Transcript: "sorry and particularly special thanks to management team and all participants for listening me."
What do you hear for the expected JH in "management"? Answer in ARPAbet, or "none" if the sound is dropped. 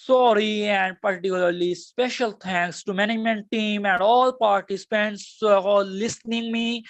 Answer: none